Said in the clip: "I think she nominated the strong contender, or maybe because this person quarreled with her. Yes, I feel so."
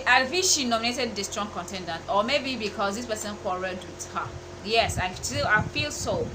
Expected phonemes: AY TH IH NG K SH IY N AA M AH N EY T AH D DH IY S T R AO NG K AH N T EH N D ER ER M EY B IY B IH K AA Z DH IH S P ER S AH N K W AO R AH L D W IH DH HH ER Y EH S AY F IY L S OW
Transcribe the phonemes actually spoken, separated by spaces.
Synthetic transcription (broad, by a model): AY F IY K SH IY N AA M AH N EY T AH D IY S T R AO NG K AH N T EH N D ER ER M EY B IY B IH K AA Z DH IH S P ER S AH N K W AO R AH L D W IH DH HH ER Y EH S AY F IY L S OW